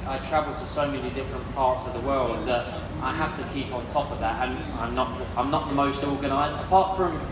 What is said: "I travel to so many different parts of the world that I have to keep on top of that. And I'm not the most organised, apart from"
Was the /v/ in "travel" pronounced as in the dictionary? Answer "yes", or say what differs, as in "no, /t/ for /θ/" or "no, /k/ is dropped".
yes